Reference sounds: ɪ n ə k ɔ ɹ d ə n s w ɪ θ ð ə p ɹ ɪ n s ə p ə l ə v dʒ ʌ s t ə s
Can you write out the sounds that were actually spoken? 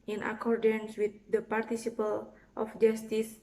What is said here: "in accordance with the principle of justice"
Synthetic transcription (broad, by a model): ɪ n ə k ɔ ɹ d ə n s w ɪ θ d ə p ɹ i s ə p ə l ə f dʒ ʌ s t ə s